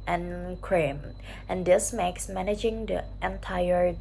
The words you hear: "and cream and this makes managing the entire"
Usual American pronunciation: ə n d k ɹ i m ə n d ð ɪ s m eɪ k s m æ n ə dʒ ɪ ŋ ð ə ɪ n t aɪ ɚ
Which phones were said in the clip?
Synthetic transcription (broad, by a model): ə n k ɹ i m ə n d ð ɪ s m eɪ k s m æ n ə dʒ ɪ ŋ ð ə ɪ n t aɪ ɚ